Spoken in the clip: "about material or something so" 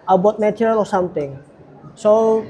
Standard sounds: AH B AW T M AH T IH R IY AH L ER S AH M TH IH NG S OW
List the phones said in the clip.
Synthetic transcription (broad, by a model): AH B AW T M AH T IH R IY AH L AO S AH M T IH NG S OW